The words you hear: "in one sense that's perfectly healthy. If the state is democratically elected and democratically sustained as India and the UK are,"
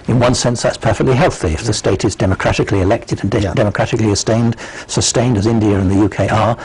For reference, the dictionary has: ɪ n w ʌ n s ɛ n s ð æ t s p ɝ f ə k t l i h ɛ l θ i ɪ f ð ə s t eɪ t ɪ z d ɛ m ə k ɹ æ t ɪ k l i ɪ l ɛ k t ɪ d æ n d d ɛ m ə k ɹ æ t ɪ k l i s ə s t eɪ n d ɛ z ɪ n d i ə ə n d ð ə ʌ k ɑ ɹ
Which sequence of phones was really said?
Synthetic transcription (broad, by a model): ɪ n w ʌ n s ɛ n s ð æ t s p ɝ f ə k t l i h ɛ l θ i ɪ f ð ə s t eɪ t ɪ z d ɛ m ə k ɹ æ t ɪ k l i ɪ l ɛ k t ɪ d n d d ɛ m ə k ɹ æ t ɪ k l i s ə s t eɪ n d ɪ z ɪ n d i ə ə n ð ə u k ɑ ɹ